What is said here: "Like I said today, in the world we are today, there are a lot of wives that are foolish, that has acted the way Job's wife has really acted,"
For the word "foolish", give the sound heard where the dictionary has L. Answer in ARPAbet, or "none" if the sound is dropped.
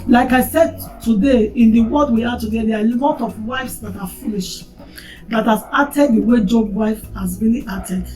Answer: L